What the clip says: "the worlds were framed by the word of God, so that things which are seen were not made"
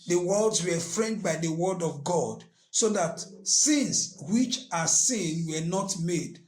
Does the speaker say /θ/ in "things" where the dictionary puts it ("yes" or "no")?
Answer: no